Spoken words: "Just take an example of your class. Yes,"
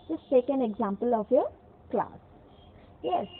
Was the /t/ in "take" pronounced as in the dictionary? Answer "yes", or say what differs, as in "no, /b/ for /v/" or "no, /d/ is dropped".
no, /s/ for /t/